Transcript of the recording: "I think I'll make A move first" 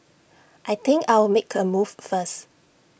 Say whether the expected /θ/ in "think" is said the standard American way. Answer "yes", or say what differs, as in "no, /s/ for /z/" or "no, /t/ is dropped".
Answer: no, /t/ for /θ/